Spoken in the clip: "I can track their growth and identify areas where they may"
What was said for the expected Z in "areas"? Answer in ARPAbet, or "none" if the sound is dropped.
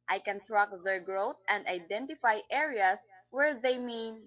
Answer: S